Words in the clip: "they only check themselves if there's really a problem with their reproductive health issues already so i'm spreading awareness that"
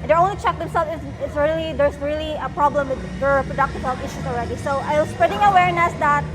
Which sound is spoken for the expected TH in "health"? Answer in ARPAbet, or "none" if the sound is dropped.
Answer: T